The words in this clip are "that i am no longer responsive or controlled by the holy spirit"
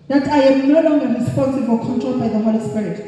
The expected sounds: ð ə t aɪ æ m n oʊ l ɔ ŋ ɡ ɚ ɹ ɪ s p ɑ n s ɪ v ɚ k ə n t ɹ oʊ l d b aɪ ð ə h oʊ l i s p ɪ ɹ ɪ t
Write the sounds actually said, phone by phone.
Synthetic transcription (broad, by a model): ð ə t aɪ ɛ m n oʊ l ɔ ŋ ɡ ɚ ɹ ɪ s p ɑ n s ɪ v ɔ k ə n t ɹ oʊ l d b aɪ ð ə h oʊ l i s p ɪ ɹ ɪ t